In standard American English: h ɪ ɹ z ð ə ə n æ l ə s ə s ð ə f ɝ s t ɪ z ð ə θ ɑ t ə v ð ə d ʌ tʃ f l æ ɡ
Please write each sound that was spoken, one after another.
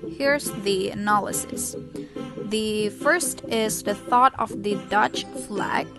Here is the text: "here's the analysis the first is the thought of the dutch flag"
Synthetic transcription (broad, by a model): h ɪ ɹ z ð ə ə n æ l ə s ə s ð ə f ɝ s t ɪ z ð ə θ ɑ t ə v ð ə d ʌ tʃ f l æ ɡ